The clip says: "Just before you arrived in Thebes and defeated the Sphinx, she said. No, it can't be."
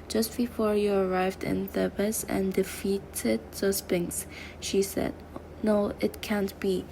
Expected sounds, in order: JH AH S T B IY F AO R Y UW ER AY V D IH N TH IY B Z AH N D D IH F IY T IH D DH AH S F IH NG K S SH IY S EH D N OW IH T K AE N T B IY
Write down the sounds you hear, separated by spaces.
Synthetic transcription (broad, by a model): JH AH S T B IY F AO R Y UW ER AY V D IH N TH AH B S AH N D D IH F IY T IH D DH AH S P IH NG S SH IY S EH D N OW IH T K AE N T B IY